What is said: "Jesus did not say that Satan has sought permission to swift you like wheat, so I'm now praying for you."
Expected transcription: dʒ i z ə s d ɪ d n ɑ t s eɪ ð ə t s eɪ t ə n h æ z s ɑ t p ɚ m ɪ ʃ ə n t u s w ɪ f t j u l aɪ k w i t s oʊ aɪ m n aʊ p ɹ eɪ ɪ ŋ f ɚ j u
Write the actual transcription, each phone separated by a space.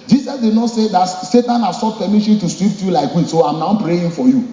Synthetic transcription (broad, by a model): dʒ i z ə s d ɪ d n ɑ t s eɪ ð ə t s eɪ t ə n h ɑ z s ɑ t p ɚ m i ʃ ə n t u s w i p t j u l aɪ k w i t s oʊ aɪ m n aʊ p ɹ eɪ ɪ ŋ f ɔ j u